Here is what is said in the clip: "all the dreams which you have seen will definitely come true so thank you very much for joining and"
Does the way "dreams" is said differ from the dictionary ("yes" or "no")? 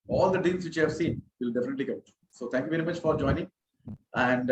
yes